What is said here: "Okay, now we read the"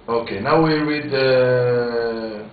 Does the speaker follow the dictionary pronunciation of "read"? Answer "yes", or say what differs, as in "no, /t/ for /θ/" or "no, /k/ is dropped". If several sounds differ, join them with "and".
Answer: no, /w/ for /ɹ/